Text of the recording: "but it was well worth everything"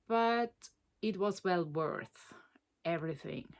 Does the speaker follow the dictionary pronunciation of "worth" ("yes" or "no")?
yes